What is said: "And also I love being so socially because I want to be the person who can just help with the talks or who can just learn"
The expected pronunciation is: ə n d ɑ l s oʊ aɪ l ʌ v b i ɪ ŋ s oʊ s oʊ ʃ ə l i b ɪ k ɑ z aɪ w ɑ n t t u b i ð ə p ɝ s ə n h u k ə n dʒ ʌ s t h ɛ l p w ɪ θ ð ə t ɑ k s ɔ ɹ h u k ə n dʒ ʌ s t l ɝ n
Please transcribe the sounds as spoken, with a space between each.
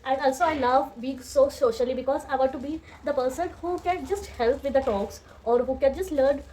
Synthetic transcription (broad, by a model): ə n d ɑ l s oʊ aɪ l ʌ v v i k s oʊ s oʊ ʃ ə l i b ɪ k ɑ z aɪ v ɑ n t t u b i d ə p ɝ s ə n h u k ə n dʒ ʌ s t h ɛ l p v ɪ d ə t ɑ k s ɔ ɹ h u k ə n dʒ ʌ s t l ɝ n